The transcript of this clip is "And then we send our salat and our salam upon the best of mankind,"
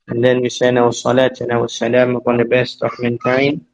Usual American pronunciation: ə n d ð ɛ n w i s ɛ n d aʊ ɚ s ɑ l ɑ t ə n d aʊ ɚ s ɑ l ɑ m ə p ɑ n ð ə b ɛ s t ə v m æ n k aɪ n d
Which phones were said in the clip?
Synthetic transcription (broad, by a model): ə n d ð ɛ n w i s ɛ n aʊ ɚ s ɑ l ɑ t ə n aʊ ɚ s ɑ l ɑ m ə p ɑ n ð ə b ɛ s t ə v m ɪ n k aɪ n